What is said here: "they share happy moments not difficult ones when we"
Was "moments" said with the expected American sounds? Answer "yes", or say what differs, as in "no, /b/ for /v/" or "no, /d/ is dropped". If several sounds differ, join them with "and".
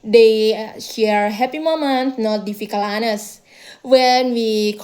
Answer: no, /s/ is dropped